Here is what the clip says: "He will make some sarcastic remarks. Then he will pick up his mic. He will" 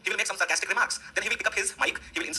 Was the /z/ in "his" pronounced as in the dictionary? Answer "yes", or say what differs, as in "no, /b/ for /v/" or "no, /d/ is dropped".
yes